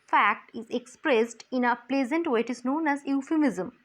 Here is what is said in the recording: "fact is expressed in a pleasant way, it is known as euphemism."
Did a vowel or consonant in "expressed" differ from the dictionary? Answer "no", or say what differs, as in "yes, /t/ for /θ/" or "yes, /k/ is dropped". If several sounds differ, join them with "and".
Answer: no